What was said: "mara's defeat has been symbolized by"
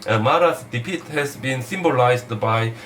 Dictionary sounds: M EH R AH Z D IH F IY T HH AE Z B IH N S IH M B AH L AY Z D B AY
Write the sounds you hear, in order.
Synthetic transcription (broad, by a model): M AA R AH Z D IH P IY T HH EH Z B IH N S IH M B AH L AY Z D B AY